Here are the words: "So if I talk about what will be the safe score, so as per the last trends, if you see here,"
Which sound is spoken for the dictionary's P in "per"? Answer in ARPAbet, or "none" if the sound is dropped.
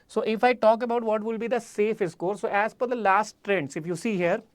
F